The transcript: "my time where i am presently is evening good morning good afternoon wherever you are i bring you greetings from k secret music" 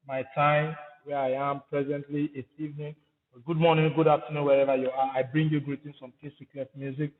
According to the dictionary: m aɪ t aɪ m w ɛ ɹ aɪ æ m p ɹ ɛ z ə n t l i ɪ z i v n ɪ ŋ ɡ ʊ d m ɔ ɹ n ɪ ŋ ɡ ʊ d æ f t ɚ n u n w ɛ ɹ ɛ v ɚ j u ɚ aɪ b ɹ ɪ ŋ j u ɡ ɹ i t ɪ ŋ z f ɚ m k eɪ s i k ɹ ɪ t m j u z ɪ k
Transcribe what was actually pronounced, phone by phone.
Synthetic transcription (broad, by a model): m aɪ t aɪ m w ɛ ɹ aɪ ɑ m p ɹ ɛ z ə n t l i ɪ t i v n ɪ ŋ ɡ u d m ɔ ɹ n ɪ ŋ ɡ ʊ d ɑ p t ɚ n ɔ w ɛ ɹ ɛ v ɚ j u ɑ aɪ b ɹ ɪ ŋ j u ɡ ɹ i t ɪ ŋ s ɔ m k eɪ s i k l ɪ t m j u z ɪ k